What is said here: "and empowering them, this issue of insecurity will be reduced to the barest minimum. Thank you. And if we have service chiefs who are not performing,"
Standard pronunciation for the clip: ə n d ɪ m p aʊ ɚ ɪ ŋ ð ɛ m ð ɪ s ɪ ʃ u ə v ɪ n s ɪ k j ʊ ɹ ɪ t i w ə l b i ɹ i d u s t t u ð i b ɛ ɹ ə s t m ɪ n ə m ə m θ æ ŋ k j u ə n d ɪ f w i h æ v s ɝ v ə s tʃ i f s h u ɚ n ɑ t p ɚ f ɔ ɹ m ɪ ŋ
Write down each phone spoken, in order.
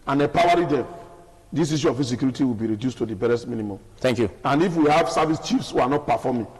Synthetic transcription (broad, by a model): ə n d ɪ p aʊ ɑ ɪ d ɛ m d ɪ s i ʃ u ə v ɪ s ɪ k j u ɹ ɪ t i w ə l b i ɹ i d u s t t u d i b ɛ ɹ ə s t m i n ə m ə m t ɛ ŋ k j u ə n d ɪ f w i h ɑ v s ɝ v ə s tʃ i f s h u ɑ n ɑ t p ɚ f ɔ m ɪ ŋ